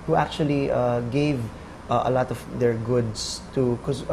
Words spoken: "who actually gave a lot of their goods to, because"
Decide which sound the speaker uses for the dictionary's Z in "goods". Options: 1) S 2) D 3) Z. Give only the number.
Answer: 1